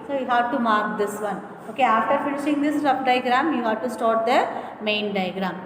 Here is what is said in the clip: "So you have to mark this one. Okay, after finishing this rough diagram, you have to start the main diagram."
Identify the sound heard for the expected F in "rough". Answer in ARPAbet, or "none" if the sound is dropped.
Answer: P